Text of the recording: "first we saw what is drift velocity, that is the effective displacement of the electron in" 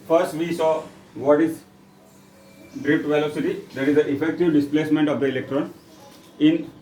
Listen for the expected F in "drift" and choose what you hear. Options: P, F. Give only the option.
P